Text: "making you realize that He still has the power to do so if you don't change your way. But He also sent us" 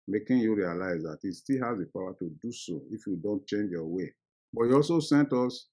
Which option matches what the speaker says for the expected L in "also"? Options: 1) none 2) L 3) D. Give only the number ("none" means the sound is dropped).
2